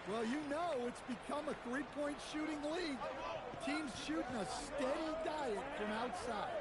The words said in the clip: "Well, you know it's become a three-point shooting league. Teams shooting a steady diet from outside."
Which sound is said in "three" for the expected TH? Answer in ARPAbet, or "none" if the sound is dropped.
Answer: TH